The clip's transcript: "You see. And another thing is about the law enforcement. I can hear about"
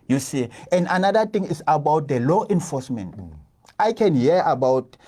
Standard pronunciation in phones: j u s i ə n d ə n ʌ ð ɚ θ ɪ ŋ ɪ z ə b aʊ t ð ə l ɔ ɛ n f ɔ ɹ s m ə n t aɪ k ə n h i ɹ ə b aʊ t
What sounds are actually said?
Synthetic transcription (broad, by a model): j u s i ə n d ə n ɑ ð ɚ t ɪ ŋ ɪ s ə b aʊ t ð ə l ɔ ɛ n f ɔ s m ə n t aɪ k ə n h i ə b aʊ t